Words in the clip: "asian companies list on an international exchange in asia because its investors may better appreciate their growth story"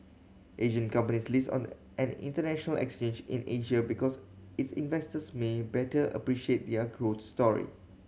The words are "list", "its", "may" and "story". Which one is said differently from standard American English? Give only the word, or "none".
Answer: list